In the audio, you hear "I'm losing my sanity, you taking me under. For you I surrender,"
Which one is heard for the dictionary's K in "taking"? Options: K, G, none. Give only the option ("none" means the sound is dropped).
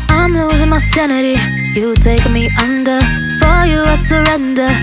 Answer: none